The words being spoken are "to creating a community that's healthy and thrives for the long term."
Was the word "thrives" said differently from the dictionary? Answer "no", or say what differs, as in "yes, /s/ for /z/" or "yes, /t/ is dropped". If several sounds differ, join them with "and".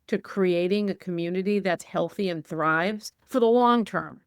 no